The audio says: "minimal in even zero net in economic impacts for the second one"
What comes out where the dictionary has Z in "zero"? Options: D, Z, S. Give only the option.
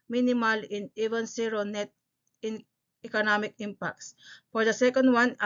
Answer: S